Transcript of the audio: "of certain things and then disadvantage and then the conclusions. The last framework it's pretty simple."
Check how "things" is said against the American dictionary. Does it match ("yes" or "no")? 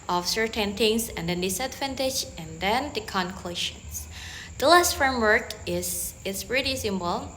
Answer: no